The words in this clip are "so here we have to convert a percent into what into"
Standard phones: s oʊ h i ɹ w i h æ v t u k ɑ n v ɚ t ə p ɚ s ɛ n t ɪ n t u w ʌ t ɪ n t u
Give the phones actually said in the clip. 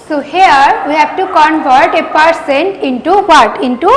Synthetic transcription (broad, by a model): s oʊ h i ɹ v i h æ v t u k ɑ n v ɚ t ə p ɚ s ɛ n t ɪ n t u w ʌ t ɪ n t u